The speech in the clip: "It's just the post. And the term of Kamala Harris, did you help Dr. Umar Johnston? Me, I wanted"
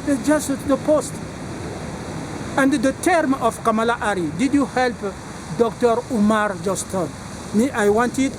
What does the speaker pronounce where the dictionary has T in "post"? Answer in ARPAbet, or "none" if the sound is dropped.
T